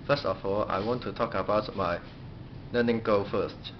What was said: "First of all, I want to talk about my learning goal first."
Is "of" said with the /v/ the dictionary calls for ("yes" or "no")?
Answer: no